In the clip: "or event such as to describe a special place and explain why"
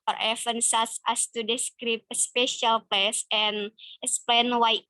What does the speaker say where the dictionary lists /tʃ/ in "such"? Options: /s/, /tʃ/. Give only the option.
/s/